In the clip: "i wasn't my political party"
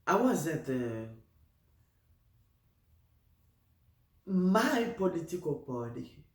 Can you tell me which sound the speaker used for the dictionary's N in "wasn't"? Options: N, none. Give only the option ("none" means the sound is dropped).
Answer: none